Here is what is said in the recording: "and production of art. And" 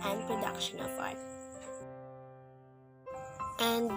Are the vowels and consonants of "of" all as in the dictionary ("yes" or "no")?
no